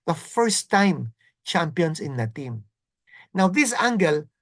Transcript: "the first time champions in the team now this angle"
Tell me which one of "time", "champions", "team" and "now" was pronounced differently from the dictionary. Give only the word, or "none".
champions